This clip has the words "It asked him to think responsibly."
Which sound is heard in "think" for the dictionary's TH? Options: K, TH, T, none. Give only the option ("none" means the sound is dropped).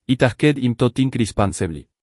T